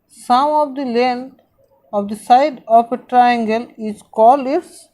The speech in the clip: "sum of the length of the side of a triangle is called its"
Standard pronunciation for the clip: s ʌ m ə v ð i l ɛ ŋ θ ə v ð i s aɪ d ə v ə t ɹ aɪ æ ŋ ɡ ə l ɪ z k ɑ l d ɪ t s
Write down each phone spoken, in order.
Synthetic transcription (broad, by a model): s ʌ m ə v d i l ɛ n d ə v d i s aɪ d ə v ə t ɹ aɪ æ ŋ ɡ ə l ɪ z k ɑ l ɪ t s